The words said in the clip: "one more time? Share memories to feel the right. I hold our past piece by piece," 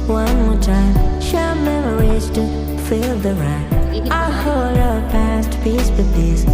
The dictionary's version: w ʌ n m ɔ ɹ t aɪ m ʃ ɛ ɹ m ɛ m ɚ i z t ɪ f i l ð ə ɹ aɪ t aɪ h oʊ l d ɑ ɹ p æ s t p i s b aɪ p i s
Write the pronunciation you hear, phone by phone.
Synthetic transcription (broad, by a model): w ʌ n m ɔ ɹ t aɪ m ʃ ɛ l m ɛ m ɚ i z t ɪ f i l ð ə ɹ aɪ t aɪ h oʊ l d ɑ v p æ s t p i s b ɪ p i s